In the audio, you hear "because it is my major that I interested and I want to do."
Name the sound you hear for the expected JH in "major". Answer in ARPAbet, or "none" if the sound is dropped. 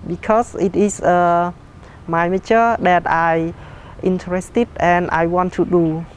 CH